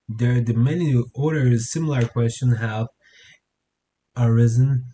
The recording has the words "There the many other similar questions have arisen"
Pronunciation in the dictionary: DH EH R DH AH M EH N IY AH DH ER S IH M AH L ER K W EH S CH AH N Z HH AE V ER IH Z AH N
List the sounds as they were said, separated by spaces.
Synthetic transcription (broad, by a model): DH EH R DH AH M EH N IY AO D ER S IH M L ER K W EH S CH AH N HH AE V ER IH Z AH N